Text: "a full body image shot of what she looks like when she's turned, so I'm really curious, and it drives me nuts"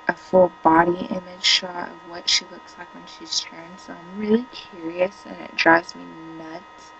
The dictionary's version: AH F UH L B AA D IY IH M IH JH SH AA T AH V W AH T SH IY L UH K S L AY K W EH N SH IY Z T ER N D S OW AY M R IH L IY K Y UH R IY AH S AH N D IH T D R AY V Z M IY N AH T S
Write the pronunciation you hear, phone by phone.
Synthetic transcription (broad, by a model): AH F UH L B AA D IY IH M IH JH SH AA AH V W AH T SH IY L UH K S L AY K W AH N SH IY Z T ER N S OW AY M R IH L IY K Y UH R IY AH S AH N IH T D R AY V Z M IY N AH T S